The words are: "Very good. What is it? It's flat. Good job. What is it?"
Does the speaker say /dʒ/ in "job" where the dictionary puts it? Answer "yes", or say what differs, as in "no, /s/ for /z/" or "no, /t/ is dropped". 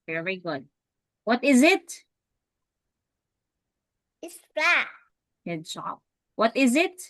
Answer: no, /ʃ/ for /dʒ/